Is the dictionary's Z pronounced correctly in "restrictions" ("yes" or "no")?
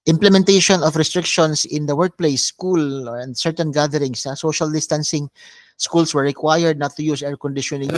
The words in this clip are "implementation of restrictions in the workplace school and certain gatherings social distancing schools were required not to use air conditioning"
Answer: no